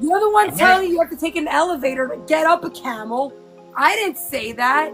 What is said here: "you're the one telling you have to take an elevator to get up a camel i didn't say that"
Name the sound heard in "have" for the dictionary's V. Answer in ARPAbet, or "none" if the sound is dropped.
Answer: F